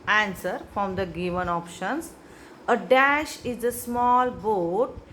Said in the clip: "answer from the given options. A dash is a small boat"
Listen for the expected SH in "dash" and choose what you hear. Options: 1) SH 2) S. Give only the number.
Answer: 1